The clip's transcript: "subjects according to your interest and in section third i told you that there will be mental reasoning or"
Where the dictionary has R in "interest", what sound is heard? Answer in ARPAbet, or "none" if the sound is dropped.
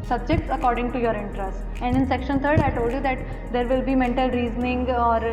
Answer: R